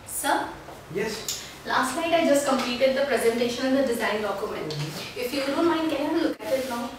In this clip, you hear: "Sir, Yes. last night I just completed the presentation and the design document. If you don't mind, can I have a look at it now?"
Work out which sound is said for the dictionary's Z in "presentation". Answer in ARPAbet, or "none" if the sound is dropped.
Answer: Z